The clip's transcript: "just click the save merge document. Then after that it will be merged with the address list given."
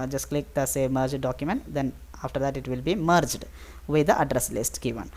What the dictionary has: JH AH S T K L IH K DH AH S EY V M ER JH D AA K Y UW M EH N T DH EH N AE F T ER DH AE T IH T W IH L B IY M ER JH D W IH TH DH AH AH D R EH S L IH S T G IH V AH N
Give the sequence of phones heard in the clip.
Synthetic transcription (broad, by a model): JH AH S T K L IH K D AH S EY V M ER JH D AA K Y UW M EH N T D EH N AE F T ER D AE T IH T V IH L B IY M ER JH D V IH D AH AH D R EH S L IH S T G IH V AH N